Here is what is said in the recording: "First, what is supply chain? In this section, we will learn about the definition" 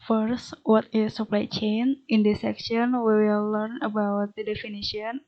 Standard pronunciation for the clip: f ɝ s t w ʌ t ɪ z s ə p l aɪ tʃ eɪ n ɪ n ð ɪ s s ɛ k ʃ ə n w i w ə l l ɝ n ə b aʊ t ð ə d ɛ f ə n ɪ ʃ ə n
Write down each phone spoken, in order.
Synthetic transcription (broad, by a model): f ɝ s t w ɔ t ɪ s ə p l aɪ tʃ eɪ n ɪ n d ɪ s s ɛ k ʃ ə n w i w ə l l ɝ n ə b aʊ t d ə d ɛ f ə n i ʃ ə n